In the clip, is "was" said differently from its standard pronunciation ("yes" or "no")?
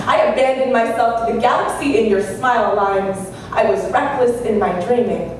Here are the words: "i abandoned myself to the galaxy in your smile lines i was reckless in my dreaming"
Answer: no